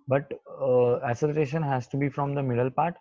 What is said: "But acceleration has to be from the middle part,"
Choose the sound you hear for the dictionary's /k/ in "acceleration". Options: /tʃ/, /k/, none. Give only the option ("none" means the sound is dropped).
none